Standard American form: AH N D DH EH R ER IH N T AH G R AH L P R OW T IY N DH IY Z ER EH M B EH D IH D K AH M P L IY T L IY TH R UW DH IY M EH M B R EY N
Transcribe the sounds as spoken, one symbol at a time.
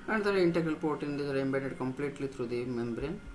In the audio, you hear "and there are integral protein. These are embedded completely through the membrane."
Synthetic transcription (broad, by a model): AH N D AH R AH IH N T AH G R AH L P OW T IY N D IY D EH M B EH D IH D K AH M P L IY T L IY T R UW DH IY M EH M B R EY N